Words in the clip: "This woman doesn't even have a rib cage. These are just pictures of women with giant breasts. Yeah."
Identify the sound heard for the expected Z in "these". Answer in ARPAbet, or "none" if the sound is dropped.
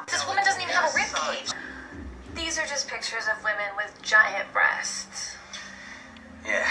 Z